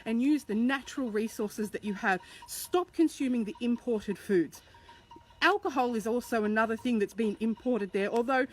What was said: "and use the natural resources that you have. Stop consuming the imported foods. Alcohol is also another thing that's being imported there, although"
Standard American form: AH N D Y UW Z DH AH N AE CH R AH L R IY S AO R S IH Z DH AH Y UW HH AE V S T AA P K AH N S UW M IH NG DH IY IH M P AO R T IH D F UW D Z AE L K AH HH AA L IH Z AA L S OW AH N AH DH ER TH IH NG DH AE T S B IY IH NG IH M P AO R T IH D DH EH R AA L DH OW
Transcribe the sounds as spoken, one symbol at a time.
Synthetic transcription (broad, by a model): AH N Y UW Z DH AH N AE CH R L R IY S AO R S IH Z DH AH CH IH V S T AA P K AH N S UW M IH NG DH IY IH M P AO R T IH D F UW D Z AE L K AH HH AA L IH Z AA L S OW AH N AH DH ER TH IH NG DH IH T S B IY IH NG IH M P AO R T IH D DH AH R AA L DH OW